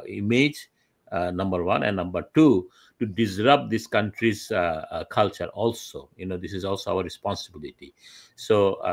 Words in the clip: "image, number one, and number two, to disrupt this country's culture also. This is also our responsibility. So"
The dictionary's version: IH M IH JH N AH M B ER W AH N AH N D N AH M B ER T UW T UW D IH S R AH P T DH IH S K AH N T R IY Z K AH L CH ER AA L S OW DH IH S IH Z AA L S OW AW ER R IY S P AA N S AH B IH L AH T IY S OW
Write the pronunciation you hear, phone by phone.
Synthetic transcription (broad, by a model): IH M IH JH N AH M B ER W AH N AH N N AH M B ER T UW T UW D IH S R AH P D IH S K AH N T R IY Z K AH L CH ER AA L S OW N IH S IH Z AA L S OW AW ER R IY S P AA N S AH B IH L AH T IY S OW